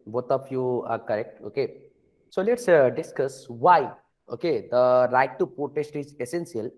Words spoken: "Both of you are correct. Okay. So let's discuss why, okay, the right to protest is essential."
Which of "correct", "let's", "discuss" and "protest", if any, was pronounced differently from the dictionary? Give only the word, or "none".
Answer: protest